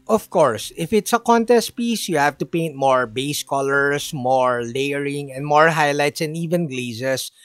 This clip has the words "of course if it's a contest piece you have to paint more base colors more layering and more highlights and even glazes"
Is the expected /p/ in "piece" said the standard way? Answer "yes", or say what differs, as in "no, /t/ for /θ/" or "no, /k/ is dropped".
yes